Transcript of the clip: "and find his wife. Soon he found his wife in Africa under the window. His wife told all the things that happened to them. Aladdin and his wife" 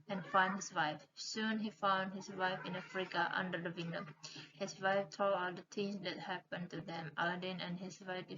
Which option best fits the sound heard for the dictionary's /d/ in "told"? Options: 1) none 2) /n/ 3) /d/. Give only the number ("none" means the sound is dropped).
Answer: 1